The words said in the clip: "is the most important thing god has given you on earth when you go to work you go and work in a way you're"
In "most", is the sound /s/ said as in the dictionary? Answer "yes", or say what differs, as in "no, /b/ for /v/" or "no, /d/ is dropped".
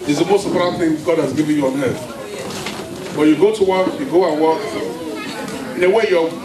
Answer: yes